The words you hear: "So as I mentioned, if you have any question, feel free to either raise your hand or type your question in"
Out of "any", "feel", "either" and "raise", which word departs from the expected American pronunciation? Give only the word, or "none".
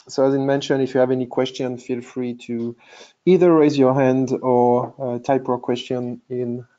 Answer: none